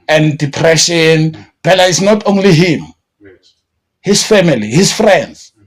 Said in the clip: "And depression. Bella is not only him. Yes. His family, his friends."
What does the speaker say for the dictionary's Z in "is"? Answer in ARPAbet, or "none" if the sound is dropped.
S